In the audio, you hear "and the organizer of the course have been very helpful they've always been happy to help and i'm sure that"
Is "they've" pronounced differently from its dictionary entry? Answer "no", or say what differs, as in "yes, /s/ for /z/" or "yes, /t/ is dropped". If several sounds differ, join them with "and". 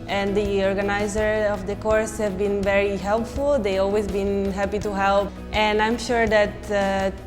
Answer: yes, /v/ is dropped